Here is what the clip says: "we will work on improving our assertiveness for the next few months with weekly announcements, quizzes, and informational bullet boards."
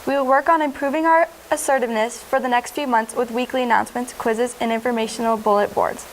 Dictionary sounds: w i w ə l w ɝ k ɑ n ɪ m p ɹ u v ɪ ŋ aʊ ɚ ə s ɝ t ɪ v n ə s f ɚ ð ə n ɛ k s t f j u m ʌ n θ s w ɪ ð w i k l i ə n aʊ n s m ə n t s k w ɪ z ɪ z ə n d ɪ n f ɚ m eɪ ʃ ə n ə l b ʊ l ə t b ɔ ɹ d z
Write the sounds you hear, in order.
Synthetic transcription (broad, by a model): w i w ə l w ɝ k n ɪ m p ɹ u v ɪ ŋ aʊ ɚ ə s ɝ t ɪ v n ə s f ɚ ð ə n ɛ k s t f j u m ʌ n θ s w ɪ ð w i k l i ə n aʊ n s m ə n t s k w ɪ z ɪ z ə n ɪ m f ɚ m eɪ ʃ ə n l b ʊ l ə t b ɔ ɹ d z